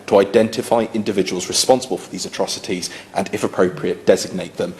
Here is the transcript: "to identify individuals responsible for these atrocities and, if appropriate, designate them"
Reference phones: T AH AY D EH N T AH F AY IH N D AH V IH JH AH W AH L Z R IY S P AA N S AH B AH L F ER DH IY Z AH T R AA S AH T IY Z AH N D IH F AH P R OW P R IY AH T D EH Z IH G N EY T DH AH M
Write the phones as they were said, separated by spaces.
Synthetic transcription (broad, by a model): T AH AY D EH N T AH F AY IH N D AH V IH JH AH W AH L Z R IY S P AA N S AH B AH L F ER DH IY Z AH T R AA S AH T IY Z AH N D IH F AH P R OW P R IY AH T D EH Z IH G N EY T DH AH M